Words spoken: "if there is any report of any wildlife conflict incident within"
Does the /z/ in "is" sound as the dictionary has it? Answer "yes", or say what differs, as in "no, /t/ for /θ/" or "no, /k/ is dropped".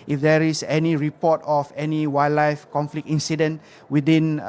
no, /s/ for /z/